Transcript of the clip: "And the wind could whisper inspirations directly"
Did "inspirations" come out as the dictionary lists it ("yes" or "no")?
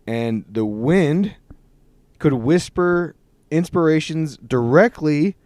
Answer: yes